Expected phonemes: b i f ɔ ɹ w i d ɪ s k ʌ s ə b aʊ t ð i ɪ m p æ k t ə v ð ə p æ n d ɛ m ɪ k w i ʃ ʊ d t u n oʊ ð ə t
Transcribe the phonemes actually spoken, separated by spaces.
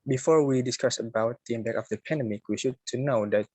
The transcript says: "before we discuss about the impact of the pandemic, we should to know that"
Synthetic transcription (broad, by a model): b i f ɔ ɹ w i d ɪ s k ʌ s ə b aʊ t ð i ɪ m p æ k ə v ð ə p æ n d ɛ m ɪ k w i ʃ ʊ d t u n oʊ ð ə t